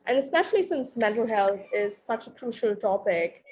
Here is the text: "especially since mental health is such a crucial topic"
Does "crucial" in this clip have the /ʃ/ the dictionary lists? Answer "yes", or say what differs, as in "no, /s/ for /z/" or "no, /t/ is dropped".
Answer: yes